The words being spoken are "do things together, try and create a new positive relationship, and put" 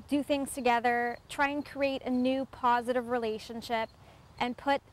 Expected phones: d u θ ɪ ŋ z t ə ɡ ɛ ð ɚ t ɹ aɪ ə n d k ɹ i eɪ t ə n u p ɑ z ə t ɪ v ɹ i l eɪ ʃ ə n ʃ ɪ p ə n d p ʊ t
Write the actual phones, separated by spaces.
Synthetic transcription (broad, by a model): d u θ ɪ ŋ z t ə ɡ ɛ ð ɚ t ɹ aɪ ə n k ɹ i eɪ t ə n u p ɑ z ə t ɪ v ɹ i l eɪ ʃ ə n ʃ ɪ p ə n p ʊ t